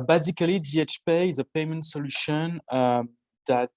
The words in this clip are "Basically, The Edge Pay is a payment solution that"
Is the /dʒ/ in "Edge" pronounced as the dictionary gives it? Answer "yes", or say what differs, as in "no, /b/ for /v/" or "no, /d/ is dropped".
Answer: no, /tʃ/ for /dʒ/